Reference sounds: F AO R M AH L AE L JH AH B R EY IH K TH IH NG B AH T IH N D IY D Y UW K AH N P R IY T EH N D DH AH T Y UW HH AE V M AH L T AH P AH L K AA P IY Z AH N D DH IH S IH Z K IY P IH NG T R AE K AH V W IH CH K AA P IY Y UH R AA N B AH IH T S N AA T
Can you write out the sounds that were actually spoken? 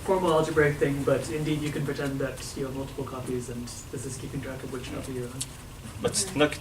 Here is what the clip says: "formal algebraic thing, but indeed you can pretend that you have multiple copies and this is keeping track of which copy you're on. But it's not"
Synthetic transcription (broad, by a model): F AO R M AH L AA L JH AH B R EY IH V TH IH NG B AH T IH N D IY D Y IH K AH N P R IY T EH N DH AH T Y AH M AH L T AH P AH L K AA P IY Z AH N DH IH S IH Z K IY P IH NG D R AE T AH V W IH CH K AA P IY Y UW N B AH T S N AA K